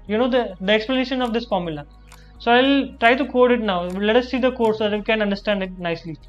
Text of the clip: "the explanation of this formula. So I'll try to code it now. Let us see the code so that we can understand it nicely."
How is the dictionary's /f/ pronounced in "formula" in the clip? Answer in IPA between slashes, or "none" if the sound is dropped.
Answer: /f/